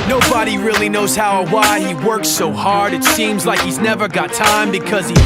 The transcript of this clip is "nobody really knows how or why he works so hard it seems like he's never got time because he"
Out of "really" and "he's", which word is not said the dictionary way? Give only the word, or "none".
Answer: none